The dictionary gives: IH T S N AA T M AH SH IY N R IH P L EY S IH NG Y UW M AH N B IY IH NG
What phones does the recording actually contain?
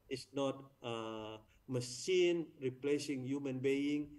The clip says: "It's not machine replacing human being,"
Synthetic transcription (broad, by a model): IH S N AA T M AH S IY N R IH P L EY S IH NG Y UW M AH N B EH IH NG